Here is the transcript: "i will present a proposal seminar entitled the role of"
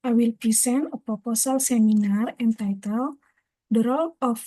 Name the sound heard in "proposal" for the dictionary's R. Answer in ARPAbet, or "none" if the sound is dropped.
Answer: none